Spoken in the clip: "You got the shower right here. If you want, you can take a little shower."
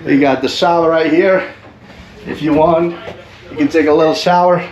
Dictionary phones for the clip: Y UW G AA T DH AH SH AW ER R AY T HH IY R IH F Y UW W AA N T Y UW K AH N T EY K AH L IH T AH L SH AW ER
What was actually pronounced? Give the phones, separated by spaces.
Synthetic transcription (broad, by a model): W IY G AA T DH AH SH AW ER R AY T HH IY R IH F Y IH W AA N T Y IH K AH N T EY K AH L IH T L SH AW ER